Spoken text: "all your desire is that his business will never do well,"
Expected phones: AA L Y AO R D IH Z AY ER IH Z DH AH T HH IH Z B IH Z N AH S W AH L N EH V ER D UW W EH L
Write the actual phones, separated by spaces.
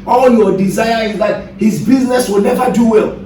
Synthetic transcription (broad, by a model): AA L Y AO D IH Z AY ER IH Z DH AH T HH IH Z B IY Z N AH S W AH L N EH V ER D UW W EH L